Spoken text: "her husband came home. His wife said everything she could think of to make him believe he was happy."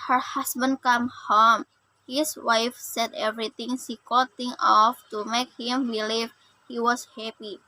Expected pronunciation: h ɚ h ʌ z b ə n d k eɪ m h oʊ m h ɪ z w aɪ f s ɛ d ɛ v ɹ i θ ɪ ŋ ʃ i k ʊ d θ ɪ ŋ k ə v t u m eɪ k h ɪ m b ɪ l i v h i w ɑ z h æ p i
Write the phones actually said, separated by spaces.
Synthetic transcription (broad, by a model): h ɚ h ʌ s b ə n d k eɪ m h oʊ m h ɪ s w aɪ f s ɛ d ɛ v ɹ i t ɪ ŋ s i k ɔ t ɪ ŋ ə f t u m eɪ k h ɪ m b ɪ l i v h i w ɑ s h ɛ p i